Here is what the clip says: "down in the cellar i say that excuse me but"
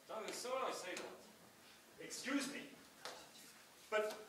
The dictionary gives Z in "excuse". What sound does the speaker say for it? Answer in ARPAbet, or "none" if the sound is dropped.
Z